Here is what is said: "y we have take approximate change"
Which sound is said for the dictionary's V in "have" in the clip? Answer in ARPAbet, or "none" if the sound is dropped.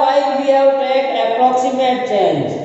W